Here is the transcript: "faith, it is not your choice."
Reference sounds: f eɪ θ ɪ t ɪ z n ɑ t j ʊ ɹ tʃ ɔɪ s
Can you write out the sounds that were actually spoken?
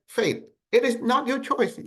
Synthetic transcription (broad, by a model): f eɪ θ ɪ t ɪ z n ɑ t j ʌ ɹ tʃ ɔɪ s